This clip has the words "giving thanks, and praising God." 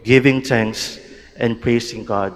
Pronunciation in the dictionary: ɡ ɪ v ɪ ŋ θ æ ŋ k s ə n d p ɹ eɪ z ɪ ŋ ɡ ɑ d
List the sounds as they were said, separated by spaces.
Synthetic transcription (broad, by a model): ɡ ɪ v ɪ ŋ t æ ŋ k s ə n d p ɹ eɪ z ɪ ŋ ɡ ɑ d